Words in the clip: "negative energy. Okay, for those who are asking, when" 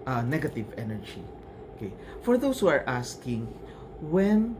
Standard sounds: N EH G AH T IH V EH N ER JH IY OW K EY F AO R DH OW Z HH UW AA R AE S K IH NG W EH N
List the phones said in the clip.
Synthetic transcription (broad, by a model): N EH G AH T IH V EH N ER JH IY OW K EY F AO R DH OW S HH UW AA R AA S K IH NG W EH N